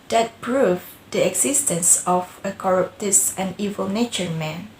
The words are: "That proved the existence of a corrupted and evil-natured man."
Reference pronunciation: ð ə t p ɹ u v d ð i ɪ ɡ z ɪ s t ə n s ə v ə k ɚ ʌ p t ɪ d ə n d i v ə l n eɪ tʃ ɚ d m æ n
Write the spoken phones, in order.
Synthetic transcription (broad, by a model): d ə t p ɹ u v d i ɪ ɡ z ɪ s t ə n s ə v ə k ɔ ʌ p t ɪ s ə n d i v ə l n eɪ tʃ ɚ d m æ n